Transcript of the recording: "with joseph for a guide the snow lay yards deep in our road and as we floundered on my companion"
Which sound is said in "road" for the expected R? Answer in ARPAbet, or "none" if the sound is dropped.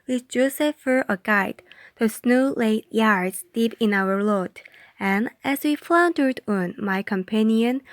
L